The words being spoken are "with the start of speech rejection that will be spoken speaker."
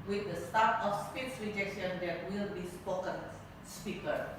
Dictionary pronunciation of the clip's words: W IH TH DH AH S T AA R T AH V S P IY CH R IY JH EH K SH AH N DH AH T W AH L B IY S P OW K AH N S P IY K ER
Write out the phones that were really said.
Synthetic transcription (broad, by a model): W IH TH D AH S T AA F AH F S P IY S R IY JH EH K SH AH N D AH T W AH L B IY S P OW K AH N S P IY K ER